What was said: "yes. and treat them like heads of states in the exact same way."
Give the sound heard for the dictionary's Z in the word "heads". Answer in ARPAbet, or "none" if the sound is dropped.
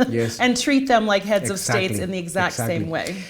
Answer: Z